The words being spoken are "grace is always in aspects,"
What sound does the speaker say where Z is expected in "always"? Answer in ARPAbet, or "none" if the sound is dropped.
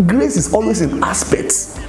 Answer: S